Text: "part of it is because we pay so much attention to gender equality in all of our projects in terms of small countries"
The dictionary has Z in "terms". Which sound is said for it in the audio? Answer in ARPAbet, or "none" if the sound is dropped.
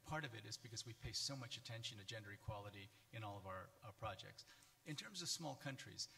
Z